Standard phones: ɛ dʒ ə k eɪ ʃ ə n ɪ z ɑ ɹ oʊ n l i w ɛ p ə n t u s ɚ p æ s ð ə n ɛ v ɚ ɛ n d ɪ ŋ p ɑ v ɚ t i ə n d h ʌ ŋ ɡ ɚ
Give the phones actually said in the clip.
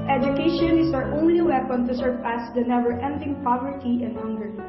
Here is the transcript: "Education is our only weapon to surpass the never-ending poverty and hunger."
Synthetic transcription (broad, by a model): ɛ dʒ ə k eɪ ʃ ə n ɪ s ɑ ɹ oʊ n l i w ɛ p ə n t u s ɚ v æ s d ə n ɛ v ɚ ɛ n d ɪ ŋ p ɑ v ɚ t i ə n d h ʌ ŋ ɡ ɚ